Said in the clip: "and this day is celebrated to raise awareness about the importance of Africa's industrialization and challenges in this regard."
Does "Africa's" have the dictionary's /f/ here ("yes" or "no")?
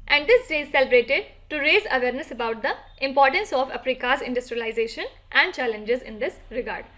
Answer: no